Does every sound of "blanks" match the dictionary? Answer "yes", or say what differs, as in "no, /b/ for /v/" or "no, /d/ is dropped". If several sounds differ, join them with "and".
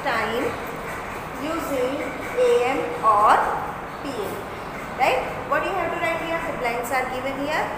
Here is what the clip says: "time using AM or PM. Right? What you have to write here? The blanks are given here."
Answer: no, /k/ is dropped